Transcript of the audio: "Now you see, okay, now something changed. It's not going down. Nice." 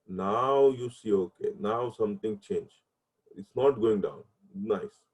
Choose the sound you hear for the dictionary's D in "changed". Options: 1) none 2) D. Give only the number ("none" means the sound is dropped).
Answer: 1